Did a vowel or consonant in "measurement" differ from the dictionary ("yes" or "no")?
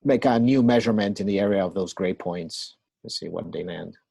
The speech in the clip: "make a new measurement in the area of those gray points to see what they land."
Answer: no